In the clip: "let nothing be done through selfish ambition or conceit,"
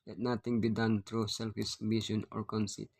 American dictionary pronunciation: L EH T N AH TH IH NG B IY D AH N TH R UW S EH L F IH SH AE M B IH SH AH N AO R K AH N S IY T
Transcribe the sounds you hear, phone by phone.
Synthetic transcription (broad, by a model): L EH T N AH T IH NG B IY D AH N T R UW S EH L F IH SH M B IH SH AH N AO R K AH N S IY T